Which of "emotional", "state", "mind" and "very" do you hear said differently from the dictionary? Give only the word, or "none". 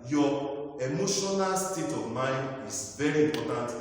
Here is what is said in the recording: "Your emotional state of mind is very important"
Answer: none